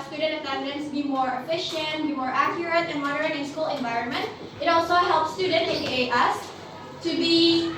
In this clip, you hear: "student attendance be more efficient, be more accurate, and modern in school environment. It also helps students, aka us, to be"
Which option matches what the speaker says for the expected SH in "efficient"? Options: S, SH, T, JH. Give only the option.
SH